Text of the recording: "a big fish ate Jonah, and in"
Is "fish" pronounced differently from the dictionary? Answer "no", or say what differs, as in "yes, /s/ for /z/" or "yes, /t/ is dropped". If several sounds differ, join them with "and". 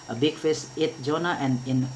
yes, /s/ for /ʃ/